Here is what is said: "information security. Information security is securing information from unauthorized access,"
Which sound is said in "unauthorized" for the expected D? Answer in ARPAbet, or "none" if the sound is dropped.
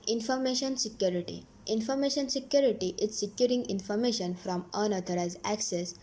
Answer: none